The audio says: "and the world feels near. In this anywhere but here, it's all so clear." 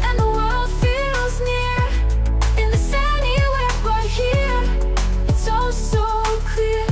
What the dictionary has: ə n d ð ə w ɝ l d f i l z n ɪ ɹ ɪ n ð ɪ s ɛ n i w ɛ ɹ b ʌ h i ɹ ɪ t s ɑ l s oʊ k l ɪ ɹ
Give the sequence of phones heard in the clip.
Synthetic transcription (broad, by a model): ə n ð ə w ɝ l d f i l z n ɪ ɹ ɪ n ð ɪ s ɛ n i w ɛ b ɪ h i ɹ ɪ t s ɑ l s oʊ k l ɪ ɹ